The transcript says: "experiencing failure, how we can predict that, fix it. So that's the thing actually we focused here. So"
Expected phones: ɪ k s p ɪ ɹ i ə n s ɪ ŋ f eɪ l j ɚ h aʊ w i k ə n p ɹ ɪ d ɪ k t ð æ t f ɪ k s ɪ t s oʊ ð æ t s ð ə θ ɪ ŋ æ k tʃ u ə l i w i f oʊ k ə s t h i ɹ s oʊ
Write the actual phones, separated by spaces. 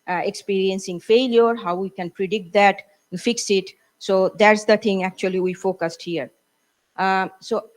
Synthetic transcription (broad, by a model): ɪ k s p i ɹ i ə n s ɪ ŋ f eɪ l j ɚ h aʊ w i k ə n p ɹ ɪ d ɪ k t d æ t f ɪ k s ɪ t s oʊ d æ t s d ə t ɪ ŋ æ k tʃ u ə l i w i f oʊ k ə s t h i ɹ s oʊ